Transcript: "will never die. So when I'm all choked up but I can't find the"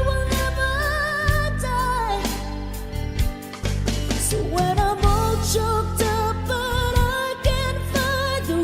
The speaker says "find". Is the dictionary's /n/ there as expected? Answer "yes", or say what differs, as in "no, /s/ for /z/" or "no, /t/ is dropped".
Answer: no, /n/ is dropped